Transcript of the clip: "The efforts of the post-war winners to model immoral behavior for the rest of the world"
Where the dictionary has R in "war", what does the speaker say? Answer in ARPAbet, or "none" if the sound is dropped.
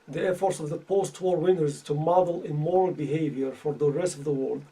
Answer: R